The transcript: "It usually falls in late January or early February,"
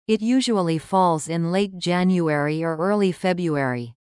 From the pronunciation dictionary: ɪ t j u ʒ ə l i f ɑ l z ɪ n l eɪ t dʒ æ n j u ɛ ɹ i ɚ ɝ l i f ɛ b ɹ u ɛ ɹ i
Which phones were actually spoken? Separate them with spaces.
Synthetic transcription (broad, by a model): ɪ t j u ʒ ə l i f ɑ l z ɪ n l eɪ t dʒ æ n j u ɛ ɹ i ɚ ɝ l i f ɛ b ɹ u ɛ ɹ i